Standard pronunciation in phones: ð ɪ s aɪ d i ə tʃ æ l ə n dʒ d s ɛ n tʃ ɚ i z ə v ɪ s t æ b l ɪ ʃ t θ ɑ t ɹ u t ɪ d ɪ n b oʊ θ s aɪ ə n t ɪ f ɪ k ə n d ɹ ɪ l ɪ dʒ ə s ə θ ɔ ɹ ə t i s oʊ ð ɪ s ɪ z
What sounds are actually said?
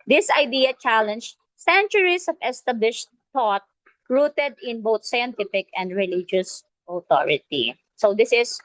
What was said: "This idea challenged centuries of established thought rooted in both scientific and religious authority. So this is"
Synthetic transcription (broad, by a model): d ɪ s aɪ d i ə tʃ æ l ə n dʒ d s ɛ n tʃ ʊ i s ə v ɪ s t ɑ b l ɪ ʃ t t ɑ t ɹ u t ɪ d ɪ n b oʊ t s aɪ ə n t ɪ f ɪ k ə n d ɹ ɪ l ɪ dʒ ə s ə t ɔ ɹ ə t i s oʊ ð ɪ s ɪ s